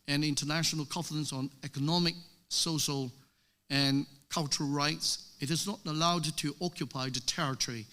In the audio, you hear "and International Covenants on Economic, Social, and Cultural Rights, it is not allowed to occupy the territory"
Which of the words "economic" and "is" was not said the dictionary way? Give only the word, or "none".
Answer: none